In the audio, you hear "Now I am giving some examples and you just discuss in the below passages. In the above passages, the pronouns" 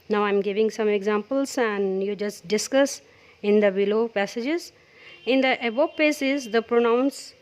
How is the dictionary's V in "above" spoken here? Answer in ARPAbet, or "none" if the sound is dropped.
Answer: P